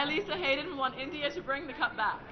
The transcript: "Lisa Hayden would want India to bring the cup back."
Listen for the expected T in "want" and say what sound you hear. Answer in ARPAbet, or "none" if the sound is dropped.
none